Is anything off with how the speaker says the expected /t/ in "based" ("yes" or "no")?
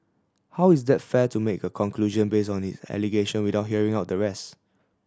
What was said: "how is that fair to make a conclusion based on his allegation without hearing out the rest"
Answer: yes